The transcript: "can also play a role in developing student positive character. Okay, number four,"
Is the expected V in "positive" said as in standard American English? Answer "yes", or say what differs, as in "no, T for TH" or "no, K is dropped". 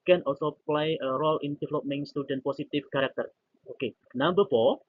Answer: no, F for V